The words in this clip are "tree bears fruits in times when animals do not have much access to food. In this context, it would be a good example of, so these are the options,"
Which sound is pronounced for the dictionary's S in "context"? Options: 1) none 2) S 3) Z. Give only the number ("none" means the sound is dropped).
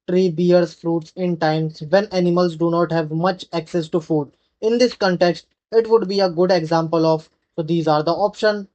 2